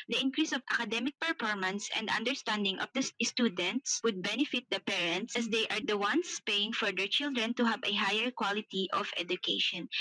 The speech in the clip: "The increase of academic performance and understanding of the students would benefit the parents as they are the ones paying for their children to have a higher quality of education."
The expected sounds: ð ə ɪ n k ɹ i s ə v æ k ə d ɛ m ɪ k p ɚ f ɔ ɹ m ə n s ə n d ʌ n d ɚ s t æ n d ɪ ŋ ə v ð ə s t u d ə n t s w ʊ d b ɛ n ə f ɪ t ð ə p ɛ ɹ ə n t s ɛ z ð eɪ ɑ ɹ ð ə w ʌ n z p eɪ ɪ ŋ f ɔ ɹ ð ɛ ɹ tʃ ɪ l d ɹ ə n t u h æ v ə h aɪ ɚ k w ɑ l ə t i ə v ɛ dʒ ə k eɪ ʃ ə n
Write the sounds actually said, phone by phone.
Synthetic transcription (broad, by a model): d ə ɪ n k ɹ i s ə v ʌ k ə d ɛ m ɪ k p ɚ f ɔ ɹ m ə n s ə n d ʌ n d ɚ s t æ n d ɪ ŋ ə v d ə s t u d ə n t s w ʊ d b ɛ n ə f ɪ t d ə p ɛ ɹ ə n t s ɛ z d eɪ ɑ ɹ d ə w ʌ n s p eɪ ɪ ŋ f ɔ ɹ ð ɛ ɹ tʃ ɪ l d ɹ ə n t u h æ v ə h aɪ ɚ k w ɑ l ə t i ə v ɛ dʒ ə k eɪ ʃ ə n